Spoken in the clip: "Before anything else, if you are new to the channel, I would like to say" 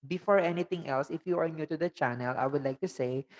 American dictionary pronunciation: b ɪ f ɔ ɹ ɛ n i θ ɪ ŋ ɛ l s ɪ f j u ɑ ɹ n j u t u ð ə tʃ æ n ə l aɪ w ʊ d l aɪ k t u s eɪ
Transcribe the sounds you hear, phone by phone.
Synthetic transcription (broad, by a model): b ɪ f ɔ ɹ ɛ n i t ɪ ŋ ɛ l s ɪ f j u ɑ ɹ n j u t u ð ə tʃ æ n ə l aɪ w ʊ d l aɪ k t u s eɪ